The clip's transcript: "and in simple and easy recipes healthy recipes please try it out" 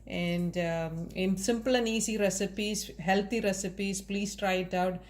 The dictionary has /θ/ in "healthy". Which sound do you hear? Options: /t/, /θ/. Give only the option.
/t/